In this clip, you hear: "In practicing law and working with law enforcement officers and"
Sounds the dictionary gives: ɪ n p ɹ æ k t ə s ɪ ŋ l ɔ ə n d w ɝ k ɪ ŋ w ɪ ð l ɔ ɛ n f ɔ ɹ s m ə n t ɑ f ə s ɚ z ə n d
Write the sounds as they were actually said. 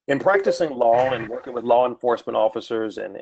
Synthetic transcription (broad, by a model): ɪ n p ɹ æ k t ə s ɪ ŋ l ɔ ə n w ɝ k ɪ ŋ w ɪ ð l ɔ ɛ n f ɔ ɹ s m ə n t ɑ f ə s ɚ z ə n